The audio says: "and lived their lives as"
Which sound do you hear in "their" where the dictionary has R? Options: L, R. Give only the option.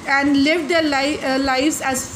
L